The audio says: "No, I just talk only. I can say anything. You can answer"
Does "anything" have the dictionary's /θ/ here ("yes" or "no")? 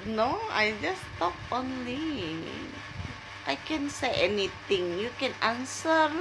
no